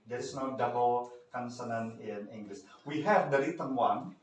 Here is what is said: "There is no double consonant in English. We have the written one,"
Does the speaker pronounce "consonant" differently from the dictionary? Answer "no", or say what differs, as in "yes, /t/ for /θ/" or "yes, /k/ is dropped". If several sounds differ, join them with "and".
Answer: yes, /t/ is dropped